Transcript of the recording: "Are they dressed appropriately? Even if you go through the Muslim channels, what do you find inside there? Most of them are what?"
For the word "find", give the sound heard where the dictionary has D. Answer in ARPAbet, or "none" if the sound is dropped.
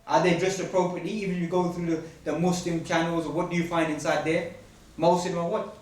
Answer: D